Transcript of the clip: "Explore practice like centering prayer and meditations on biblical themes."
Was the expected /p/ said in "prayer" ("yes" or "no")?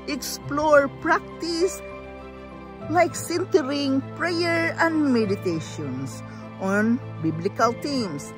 yes